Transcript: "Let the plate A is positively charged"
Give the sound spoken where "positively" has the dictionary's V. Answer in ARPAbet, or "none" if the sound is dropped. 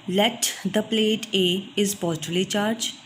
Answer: none